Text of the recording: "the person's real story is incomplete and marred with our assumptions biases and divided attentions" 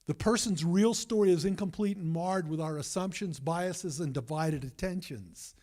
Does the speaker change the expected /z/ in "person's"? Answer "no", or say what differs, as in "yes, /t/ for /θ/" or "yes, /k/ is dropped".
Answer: no